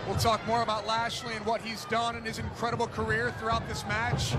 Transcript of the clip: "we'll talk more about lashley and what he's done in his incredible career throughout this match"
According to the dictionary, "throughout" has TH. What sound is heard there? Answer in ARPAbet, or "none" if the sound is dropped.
TH